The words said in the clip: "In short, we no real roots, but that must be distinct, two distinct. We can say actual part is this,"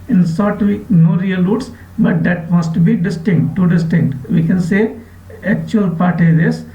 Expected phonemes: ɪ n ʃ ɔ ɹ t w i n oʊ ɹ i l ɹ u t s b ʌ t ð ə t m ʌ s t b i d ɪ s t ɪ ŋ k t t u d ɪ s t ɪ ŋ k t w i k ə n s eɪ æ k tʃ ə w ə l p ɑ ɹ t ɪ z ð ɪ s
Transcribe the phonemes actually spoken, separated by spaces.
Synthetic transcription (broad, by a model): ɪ n s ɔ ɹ t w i n oʊ ɹ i l ɹ u t s b ʌ t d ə t m ʌ s t b i d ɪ s t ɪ ŋ k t t u d ɪ s t ɪ ŋ k t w i k ə n s eɪ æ k tʃ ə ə l p ɑ ɹ t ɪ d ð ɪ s